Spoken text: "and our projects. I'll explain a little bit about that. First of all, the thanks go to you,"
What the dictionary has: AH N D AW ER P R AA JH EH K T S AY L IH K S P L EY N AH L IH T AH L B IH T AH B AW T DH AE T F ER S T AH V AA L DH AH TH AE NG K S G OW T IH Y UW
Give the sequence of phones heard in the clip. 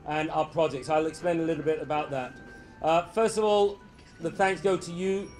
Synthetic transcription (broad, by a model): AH N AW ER P R AA JH EH K T S AY L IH K S P L EY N AH L IH T L B IH T AH B AW T DH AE T F ER S T AH V AA L DH AH TH AE NG K S G OW T IH Y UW